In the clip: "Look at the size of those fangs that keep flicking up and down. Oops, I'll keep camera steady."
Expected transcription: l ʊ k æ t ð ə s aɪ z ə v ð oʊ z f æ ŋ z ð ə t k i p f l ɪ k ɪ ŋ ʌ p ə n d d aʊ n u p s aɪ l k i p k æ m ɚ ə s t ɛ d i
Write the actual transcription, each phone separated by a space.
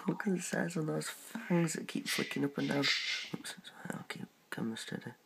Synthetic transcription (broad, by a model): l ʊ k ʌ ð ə s aɪ z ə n ð oʊ z f æ ŋ z ð ə t k i p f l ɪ k ɪ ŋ ʌ p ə n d d aʊ n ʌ s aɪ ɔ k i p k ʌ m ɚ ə s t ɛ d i